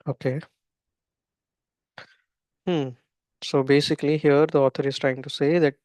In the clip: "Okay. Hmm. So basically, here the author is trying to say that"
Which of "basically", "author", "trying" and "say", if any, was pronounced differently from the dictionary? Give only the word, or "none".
author